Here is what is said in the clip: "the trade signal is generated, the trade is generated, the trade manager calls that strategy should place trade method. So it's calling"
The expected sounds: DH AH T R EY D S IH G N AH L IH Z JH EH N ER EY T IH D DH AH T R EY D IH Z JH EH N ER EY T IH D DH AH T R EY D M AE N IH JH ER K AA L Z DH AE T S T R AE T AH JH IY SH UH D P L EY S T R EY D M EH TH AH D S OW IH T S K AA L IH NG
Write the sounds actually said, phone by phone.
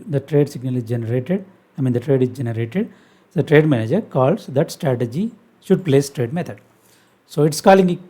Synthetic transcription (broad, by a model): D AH T R EY D S IH G N AH L IH Z JH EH N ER EY T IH D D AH T R EY D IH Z JH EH N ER EY T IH D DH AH T R EY D M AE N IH JH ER K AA L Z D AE T S T R AE T AH JH IY SH UH D P L EY S T R EY D M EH T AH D S OW IH T S K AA L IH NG